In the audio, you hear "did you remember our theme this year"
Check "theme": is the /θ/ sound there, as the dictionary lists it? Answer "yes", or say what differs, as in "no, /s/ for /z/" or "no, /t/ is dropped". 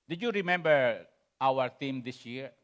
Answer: no, /t/ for /θ/